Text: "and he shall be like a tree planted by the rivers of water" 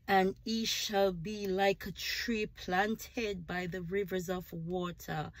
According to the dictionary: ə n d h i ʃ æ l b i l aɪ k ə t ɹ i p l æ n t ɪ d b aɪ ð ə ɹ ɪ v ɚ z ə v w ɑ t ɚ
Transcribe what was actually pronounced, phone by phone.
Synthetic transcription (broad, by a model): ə n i ʃ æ l b i l aɪ k ə t ɹ i p l æ n t ɪ d b aɪ ð ə ɹ ɪ v ɚ z ə v w ɑ t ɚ